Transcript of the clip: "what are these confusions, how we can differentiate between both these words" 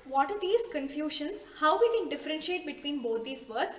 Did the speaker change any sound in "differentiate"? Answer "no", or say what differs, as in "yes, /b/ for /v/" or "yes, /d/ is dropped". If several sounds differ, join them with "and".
no